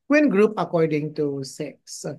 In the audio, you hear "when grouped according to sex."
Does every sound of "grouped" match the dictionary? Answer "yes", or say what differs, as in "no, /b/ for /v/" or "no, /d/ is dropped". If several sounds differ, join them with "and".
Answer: no, /t/ is dropped